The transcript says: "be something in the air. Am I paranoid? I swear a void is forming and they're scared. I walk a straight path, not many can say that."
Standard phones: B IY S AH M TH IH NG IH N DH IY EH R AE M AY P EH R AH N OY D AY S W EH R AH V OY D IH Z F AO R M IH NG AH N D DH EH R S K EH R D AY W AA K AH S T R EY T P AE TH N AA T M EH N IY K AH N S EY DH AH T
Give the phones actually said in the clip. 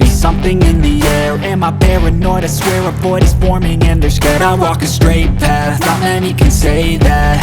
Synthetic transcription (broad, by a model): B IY S AH M TH IH NG IH N DH IY EH R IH M AY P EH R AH N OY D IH S W EH R AH F OY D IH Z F AO R M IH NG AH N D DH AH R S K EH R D AY W AA K AH S T R EY T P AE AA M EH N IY K AH N S EY DH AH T